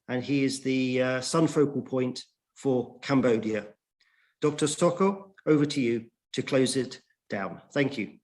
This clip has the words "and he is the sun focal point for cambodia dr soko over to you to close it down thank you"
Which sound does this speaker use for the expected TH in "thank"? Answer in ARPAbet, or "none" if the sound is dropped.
TH